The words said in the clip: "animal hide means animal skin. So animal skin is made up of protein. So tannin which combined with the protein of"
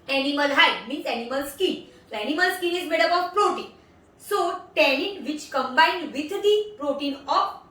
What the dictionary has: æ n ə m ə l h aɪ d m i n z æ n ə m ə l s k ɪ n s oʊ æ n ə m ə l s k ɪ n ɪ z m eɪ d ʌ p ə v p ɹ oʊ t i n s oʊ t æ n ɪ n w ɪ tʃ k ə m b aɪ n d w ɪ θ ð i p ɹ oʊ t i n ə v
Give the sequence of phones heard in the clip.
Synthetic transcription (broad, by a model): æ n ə m ə l h aɪ m i n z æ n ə m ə l s k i n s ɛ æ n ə m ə l s k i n ɪ z m eɪ d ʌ b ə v p ɹ oʊ t i n s oʊ t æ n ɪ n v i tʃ k ə m b aɪ n d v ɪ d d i p ɹ oʊ t i n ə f